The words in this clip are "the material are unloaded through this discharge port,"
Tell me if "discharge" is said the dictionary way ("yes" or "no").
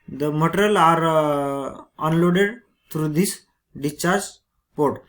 no